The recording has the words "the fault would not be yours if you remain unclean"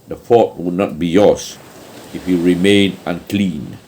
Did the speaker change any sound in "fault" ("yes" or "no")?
yes